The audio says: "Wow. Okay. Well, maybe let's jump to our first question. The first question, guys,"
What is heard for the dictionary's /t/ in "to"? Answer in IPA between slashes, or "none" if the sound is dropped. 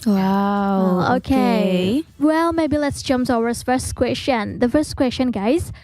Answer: /s/